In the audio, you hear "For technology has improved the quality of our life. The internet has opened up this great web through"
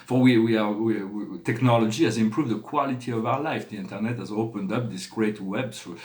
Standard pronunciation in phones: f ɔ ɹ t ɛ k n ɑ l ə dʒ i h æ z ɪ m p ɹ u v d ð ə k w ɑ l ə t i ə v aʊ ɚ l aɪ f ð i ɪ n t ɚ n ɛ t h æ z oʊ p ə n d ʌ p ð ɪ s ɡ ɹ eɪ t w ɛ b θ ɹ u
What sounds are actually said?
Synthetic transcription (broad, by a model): f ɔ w t ɛ k n ɑ l ə dʒ i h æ z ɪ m p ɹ u v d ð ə k w ɑ l ə t i ə v aʊ ɚ l aɪ f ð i ɪ n t ɚ n ɛ t h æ z oʊ p ə n d ʌ p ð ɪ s ɡ ɹ eɪ t w ɛ b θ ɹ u